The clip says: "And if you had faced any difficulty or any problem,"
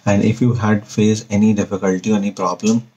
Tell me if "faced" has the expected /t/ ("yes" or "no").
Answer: no